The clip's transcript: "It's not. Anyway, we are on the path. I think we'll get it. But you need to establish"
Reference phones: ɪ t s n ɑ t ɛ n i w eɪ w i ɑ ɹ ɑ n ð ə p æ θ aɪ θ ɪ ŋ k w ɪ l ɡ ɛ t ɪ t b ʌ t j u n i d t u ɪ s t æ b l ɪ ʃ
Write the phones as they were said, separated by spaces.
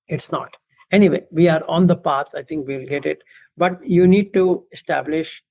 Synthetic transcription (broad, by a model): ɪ t s n ɑ t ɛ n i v eɪ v i ɑ ɹ ɑ n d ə p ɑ s aɪ t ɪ ŋ k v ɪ l ɡ ɛ t ɪ t b ʌ t j u n i d t u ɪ s t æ b l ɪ ʃ